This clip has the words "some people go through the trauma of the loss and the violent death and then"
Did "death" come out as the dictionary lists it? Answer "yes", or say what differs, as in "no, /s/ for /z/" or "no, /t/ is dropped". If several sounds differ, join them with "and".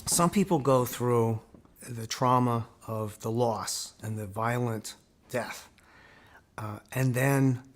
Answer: yes